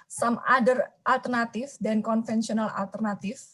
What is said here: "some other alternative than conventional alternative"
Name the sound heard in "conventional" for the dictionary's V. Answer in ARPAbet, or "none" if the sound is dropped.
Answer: F